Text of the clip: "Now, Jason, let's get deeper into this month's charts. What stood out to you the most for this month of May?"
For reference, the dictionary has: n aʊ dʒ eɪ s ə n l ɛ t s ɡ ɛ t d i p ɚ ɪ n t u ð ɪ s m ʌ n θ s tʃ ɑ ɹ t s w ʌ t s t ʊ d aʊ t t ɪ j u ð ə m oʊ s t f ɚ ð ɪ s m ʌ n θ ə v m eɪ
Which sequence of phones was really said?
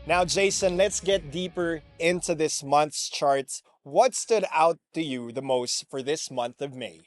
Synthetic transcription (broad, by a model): n aʊ dʒ eɪ s ə n l ɛ t s ɡ ɛ t d i p ɚ ɪ n t u ð ɪ s m ʌ n θ s tʃ ɑ ɹ t s w ʌ t s t ʊ d aʊ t t ɪ j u ð ə m oʊ s t f ɚ ð ɪ s m ʌ n θ ə v m eɪ